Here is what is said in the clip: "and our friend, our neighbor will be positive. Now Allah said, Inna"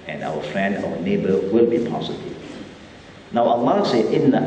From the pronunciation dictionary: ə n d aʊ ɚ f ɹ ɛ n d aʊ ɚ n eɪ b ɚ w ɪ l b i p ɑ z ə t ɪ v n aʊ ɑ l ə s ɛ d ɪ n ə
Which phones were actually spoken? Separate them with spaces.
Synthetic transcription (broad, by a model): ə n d aʊ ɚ f ɹ ɛ n d aʊ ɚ n eɪ b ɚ w ɪ l b i p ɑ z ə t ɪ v n aʊ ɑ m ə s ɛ ɪ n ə